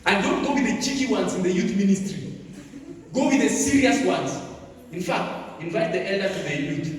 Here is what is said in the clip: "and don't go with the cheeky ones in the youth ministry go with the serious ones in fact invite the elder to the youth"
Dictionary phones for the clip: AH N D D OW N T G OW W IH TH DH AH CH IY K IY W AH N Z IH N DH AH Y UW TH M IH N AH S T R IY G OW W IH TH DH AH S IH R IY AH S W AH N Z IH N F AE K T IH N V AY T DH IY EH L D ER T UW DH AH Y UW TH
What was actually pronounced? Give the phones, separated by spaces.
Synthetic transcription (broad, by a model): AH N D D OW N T G OW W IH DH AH CH IY K IY W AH N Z IH N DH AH Y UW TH M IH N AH S T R IY G OW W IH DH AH S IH R IY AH S W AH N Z IH N F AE K T IH N V AY T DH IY EH L D ER T UW DH AH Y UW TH